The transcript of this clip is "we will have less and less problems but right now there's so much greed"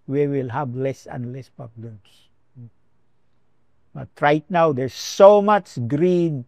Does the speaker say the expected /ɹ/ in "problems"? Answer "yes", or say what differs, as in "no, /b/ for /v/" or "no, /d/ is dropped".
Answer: no, /ɹ/ is dropped